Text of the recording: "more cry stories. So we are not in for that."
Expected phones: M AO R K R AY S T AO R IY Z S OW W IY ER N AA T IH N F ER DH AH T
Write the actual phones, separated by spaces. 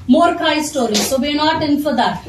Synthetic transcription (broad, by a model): M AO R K AY S T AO R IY S OW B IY N AA T IH N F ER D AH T